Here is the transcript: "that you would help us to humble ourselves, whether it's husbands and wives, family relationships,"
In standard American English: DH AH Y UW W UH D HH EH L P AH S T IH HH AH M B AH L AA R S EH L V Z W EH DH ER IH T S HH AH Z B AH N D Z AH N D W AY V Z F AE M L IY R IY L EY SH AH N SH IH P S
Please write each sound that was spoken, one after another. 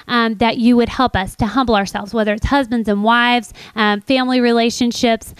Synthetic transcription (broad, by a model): DH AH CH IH W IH D HH EH L P AH S T IH HH AH M B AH AA R S EH L V Z W EH DH ER IH T S HH AH Z B AH N D Z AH N W AY V Z F AE M L IY R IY L EY SH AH N SH IH P S